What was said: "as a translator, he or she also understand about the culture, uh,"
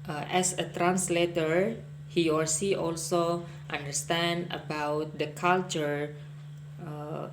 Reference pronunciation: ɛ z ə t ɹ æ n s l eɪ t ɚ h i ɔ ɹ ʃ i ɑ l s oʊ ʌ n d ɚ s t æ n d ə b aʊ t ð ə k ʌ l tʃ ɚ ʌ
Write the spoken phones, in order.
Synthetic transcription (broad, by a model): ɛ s ə t ɹ æ n s l eɪ t ɚ h i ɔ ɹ s i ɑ l s oʊ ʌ n d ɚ s t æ n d ə b aʊ t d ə k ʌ l tʃ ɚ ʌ